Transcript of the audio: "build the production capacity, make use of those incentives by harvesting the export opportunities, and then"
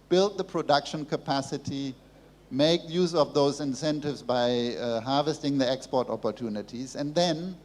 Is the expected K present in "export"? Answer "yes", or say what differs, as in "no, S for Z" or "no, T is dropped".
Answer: yes